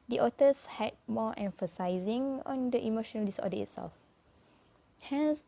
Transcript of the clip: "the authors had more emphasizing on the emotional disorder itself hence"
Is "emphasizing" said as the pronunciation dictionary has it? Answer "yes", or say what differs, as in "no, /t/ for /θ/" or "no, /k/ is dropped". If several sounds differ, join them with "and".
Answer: yes